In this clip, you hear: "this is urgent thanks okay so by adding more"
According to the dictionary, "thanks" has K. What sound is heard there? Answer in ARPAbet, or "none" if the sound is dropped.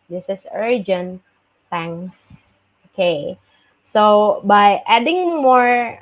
none